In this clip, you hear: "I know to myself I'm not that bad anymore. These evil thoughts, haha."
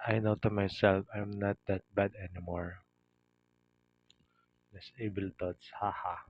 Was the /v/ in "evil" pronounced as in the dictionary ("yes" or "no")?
no